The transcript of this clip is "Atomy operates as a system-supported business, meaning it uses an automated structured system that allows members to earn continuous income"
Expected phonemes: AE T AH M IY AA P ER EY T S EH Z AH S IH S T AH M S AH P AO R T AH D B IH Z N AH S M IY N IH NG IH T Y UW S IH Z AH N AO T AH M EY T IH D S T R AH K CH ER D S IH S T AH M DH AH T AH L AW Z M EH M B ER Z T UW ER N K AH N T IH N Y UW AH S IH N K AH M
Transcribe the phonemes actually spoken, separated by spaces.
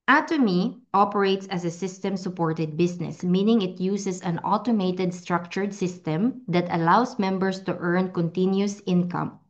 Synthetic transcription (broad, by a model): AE T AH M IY AA P ER EY T S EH S AH S IH S T AH M S AH P AO R T AH D B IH S N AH S M IY N IH NG IH T Y UW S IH S AH N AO T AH M EY T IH D S T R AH K CH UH D S IH S T AH M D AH T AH L AW S M EH M B ER S T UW ER N K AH N T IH N Y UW S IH N K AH M